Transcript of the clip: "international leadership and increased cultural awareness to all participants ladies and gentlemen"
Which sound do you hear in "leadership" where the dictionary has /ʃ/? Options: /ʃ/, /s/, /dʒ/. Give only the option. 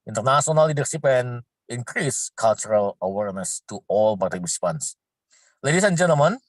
/s/